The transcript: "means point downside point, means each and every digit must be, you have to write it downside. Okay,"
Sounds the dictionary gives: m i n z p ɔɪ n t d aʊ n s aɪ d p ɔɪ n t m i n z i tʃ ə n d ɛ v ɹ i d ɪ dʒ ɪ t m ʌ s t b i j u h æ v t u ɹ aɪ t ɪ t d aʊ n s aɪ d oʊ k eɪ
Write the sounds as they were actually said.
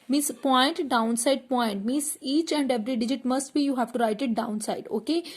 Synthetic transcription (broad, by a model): m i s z p ɔɪ n t d aʊ n s aɪ d p ɔɪ n t m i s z i tʃ ə n d ɛ v ɹ i d ɪ dʒ ɪ t m ʌ s t b i j u h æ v t u ɹ aɪ t ɪ t d aʊ n s aɪ d oʊ k eɪ